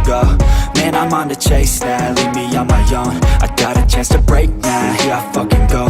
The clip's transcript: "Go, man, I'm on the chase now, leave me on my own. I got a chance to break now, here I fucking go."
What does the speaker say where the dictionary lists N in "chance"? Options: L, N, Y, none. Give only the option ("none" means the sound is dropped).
none